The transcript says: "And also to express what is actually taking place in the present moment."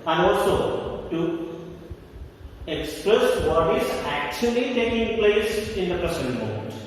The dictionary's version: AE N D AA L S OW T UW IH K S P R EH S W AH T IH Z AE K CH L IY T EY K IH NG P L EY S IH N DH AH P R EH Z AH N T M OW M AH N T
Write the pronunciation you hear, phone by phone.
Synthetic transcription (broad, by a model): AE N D AA L S OW T UW IH K S P R EH S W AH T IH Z AE K CH L IY T EY K IH NG P L EY S IH N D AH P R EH S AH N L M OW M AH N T